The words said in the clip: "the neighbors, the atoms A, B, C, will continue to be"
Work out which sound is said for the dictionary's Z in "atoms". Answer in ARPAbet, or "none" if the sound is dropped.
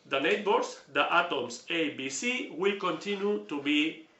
S